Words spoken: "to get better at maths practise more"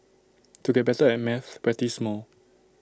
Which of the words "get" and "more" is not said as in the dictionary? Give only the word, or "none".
more